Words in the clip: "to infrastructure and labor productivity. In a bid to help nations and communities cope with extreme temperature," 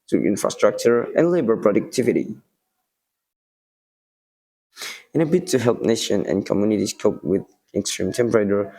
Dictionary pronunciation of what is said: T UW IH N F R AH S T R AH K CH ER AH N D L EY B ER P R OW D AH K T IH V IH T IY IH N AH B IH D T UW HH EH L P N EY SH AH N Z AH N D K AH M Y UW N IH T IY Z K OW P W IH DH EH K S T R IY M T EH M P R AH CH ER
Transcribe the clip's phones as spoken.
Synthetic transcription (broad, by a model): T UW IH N F R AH S T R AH K CH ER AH N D L EY B ER P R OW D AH K T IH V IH T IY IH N AH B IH T UW HH EH L P N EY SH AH N AH N K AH M Y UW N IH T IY S K OW P W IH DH EH K S T R IY M T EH M P R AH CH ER